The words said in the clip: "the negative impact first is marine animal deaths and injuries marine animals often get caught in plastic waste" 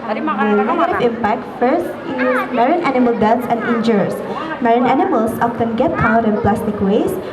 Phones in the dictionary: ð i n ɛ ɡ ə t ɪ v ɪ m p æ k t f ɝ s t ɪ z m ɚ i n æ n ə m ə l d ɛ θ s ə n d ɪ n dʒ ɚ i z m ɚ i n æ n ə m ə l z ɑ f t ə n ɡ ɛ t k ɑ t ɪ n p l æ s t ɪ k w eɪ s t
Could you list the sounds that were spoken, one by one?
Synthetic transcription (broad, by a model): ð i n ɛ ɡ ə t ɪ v ɪ m p æ k t f ɝ s t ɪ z m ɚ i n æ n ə m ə l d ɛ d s ə n d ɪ n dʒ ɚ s m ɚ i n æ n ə m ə l s ɑ f t ə n ɡ ɛ t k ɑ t ɪ n p l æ s t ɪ k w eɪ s